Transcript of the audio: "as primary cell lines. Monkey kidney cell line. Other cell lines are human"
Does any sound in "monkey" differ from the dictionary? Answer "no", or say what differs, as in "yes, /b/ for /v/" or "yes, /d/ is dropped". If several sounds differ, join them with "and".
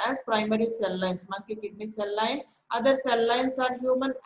yes, /ŋ/ is dropped